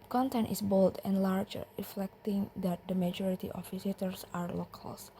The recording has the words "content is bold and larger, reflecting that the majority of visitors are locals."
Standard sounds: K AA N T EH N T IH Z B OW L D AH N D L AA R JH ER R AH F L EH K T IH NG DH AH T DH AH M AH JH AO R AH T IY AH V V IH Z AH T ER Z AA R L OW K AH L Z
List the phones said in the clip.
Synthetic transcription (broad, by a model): K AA N T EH N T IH S B OW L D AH N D L AA R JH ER R AH F L EH K T IH NG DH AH T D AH M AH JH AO R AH T IY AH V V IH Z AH T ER S AA R L OW K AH L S